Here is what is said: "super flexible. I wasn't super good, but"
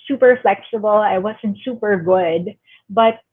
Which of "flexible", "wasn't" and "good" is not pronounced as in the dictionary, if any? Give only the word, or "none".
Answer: none